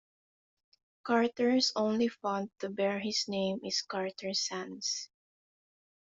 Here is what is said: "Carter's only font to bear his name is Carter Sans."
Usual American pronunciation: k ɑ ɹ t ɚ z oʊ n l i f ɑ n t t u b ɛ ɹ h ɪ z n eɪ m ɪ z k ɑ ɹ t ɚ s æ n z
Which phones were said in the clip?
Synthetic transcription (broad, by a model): k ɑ ɹ t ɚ s oʊ n l i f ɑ n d t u b ɛ ɹ h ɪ s n eɪ m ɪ s k ɑ ɹ t ɚ s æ n s